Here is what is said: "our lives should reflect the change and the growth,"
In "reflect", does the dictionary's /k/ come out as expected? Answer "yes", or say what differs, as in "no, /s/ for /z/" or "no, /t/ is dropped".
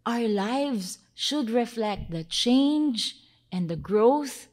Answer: yes